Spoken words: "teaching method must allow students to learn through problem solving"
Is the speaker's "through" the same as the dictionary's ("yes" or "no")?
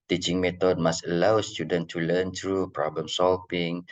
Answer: no